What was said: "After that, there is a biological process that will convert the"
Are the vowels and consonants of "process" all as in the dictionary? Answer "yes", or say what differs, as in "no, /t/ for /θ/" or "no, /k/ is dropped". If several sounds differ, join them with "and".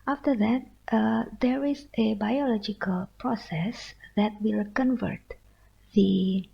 yes